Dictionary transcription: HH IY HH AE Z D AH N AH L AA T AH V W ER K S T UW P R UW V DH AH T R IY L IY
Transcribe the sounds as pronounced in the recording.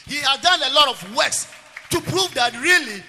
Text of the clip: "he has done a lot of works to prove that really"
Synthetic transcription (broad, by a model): HH IY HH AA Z D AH N AH L AA T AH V W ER S T UW P R UW V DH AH T R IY L IY